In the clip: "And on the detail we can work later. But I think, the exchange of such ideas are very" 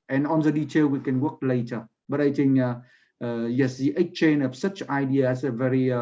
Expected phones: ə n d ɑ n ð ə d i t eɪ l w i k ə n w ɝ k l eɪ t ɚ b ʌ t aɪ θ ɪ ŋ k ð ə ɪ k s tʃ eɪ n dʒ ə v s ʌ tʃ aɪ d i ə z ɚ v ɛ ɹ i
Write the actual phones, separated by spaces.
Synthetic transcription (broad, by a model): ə n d ɑ n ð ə d i t eɪ l w i k ə n w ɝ k l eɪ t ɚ b ʌ t aɪ t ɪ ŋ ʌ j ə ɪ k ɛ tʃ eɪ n ə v s ʌ tʃ aɪ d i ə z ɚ v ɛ ɹ i